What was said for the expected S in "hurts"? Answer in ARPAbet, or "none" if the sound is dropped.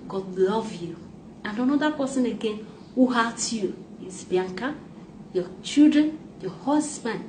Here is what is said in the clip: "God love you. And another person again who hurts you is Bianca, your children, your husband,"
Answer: none